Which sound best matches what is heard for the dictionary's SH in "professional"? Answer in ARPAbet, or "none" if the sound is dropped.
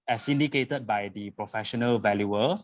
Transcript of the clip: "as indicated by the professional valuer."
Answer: SH